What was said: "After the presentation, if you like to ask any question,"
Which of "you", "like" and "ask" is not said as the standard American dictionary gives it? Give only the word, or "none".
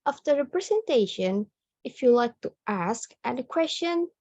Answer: none